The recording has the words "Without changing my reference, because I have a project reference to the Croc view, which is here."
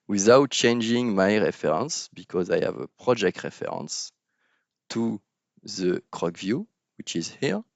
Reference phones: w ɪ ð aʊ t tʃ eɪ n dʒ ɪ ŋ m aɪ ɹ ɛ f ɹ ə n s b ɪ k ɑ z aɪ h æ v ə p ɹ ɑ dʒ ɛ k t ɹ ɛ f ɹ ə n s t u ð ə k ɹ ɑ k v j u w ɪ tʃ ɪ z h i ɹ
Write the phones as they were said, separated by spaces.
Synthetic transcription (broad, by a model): w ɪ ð aʊ t tʃ eɪ n dʒ ɪ ŋ m aɪ ɹ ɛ f ɹ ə n s b ɪ k ɑ z aɪ h æ v ə p ɹ ɑ dʒ ɛ k t ɹ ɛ f ɹ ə n s t u ð ə k ɹ ɑ k v j u w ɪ tʃ ɪ z h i ɹ